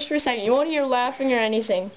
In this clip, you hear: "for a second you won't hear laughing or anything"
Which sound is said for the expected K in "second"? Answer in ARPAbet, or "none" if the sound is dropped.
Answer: none